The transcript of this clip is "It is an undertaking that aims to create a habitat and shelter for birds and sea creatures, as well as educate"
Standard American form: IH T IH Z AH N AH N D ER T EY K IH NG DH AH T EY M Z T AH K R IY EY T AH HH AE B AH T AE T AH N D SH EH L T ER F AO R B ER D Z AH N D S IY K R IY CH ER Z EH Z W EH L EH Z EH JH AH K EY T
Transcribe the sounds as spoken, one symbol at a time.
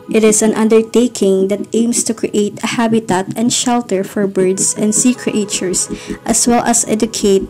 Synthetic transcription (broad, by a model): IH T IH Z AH N AH N D ER T EY K IH NG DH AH T EY M S T AH K R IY EY T AH HH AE B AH T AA T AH N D SH EH L T ER F AO R B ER D S AH N D S IY K R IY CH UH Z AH S W EH L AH S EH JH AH K EY T